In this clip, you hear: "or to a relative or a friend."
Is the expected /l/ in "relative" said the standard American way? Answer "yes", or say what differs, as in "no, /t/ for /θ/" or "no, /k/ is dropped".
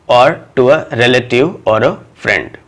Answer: yes